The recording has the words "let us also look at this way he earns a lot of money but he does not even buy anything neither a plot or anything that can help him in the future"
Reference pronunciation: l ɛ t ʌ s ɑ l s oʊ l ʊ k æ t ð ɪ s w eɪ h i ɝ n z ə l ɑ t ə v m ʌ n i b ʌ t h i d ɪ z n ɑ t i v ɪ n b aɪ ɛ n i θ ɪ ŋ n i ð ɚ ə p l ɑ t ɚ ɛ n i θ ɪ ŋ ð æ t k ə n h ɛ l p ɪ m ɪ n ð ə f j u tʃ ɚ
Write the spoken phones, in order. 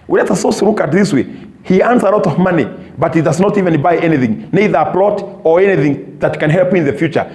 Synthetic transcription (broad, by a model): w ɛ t ʌ s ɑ s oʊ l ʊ k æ t ð ɪ s w eɪ h i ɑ n s ə l ɑ t ə v m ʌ n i b ʌ t h i d ɪ z n ɑ t i v ɪ n b aɪ ɛ n i θ ɪ ŋ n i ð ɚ ə p l ɑ t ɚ ɛ n i θ ɪ ŋ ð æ t k ə n h ɛ l p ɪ ɪ n ð ə f j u tʃ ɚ